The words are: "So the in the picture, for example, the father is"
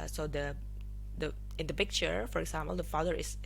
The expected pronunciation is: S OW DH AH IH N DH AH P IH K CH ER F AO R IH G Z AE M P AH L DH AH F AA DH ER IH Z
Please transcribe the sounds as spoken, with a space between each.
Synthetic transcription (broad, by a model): S OW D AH IH N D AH P IH K CH ER F AO R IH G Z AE M P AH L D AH F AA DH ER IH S